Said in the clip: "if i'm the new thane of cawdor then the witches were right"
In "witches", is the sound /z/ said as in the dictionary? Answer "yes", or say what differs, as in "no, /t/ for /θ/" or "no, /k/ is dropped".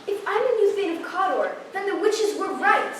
yes